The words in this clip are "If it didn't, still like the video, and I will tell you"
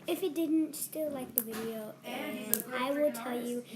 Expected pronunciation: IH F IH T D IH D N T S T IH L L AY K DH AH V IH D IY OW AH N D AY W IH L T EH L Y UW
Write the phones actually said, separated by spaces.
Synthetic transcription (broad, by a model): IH F IH T D IH D N T S T IH L L AY K DH AH V IH D IY OW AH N AY W IH L T EH L Y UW